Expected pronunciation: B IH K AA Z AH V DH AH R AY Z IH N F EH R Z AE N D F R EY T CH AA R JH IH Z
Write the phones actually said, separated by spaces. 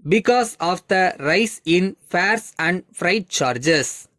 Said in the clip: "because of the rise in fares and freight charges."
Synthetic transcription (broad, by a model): B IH K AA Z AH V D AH R AY S IH N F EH R S AE N D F R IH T CH AA R JH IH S